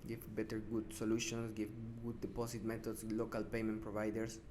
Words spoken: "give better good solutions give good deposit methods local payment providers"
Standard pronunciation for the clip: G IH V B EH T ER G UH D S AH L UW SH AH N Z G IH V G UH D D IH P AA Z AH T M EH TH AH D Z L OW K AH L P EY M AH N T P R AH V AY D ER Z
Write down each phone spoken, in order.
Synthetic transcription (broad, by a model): G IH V B EH T ER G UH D S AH L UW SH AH N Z G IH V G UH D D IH P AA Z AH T M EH T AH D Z L OW K AH L P EY M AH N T P R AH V AY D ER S